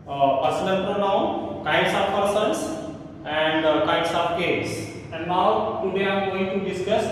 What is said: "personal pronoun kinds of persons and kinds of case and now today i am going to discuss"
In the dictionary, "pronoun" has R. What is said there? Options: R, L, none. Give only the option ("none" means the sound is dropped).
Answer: R